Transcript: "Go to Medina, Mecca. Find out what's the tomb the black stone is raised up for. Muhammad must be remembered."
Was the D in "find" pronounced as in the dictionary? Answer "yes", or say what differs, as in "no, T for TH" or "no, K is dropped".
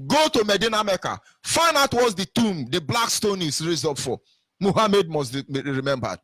no, D is dropped